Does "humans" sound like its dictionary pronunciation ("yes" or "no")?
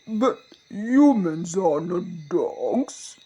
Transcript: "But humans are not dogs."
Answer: yes